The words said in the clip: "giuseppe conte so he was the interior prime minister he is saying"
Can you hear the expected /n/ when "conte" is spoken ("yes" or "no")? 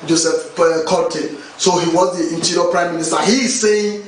no